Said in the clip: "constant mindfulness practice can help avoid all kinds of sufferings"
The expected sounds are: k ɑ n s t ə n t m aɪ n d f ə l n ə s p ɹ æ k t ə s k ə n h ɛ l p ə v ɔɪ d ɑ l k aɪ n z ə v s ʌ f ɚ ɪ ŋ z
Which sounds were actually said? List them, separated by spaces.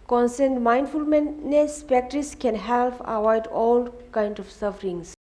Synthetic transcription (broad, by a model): k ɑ n s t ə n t m aɪ n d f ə l n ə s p æ k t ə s k ə n h ɛ l p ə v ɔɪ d ɑ l k aɪ n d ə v s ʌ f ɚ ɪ ŋ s